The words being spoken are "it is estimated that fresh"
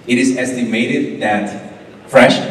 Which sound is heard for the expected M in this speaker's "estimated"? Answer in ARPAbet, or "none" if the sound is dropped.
M